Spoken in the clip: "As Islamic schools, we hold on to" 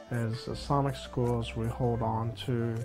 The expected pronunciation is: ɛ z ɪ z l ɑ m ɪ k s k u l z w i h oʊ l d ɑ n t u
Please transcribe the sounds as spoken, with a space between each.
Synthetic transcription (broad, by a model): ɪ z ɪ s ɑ m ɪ k s k u l z w i h oʊ l d n t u